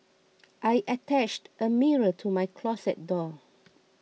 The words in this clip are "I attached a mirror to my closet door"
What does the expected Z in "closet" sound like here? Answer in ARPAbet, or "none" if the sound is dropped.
S